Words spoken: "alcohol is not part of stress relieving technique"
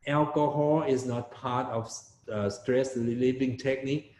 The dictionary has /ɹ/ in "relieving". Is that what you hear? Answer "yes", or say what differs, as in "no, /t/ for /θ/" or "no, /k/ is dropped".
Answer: no, /l/ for /ɹ/